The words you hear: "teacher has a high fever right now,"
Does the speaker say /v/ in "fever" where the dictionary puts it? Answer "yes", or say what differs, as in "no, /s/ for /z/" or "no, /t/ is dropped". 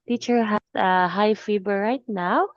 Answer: no, /b/ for /v/